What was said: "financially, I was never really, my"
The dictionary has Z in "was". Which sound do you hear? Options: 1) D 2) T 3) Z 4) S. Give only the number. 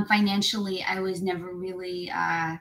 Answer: 3